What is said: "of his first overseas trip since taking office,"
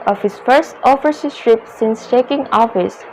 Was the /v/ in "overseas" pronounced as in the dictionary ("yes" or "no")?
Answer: no